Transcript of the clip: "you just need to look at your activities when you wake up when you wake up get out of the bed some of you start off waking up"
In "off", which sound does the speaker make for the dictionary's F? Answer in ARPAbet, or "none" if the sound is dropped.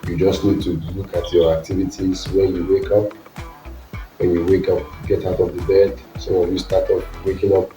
P